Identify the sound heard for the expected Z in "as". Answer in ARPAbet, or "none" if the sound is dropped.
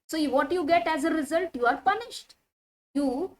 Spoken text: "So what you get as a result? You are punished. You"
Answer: Z